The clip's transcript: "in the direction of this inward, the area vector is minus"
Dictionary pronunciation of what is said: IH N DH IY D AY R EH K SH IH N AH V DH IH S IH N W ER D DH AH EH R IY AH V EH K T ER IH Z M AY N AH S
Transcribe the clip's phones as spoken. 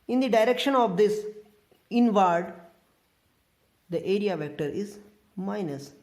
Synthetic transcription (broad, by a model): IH N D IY D AY R EH K SH IH N AH V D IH S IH N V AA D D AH EH R IY AH V EH K T ER IH Z M AY N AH S